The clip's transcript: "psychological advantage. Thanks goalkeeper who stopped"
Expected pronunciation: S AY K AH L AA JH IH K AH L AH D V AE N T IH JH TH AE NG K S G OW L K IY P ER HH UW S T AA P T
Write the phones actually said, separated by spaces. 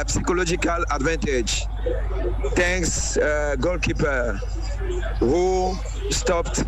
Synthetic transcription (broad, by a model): S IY K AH L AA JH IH K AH L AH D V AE N T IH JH T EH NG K S G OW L K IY P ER HH UW S T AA P T